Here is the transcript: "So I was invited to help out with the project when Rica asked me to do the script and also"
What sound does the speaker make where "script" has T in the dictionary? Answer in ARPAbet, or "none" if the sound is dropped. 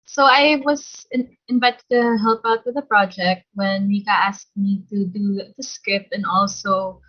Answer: none